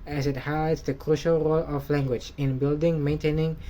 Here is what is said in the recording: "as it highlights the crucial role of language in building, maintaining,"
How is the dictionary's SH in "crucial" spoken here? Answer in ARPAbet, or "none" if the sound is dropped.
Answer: SH